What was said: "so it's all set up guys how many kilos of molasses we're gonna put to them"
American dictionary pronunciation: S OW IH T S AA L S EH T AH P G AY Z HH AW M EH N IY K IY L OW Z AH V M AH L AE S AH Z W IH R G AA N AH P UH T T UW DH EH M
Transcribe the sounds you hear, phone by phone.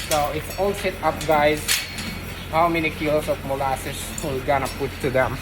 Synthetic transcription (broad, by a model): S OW IH T S AA L S EH T AH P G AY Z HH AW M EH N IY K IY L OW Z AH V M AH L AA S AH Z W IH L G AA N AH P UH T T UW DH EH M